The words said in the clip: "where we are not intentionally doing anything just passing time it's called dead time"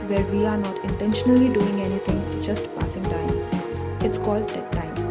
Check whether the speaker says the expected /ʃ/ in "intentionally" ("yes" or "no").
yes